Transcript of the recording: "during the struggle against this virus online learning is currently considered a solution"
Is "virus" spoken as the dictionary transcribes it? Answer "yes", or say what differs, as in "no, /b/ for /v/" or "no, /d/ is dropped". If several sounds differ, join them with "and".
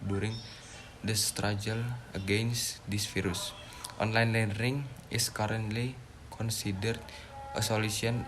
no, /f/ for /v/